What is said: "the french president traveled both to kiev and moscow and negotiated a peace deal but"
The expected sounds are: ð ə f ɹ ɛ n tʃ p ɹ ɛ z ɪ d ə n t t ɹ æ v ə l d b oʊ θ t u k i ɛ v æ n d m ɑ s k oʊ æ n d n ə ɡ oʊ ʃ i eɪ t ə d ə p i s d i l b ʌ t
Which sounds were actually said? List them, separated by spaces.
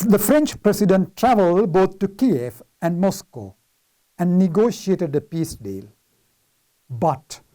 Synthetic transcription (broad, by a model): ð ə f ɹ ɛ n tʃ p ɹ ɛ s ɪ d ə n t t ɹ æ v ə l d b oʊ t t u k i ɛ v æ n d m ɑ s k oʊ æ n d n ə ɡ oʊ ʃ i eɪ t ə d ə p i s d i l b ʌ t